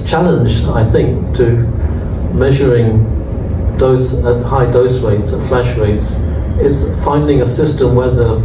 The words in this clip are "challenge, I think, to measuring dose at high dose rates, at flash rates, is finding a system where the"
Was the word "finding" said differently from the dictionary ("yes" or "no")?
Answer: no